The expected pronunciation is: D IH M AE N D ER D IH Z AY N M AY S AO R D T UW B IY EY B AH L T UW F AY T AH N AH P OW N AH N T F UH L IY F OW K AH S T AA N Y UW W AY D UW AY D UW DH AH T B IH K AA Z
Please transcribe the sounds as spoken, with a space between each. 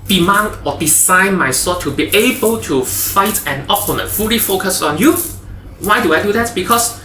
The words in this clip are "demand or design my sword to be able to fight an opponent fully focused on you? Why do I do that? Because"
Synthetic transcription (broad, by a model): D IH M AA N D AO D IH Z AY N M AY S AO T UW B IY EY B AH L T UW F AY T AH N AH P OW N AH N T F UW L IY F OW K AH S AA N Y UW W AY D UW AY D UW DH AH T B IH K AA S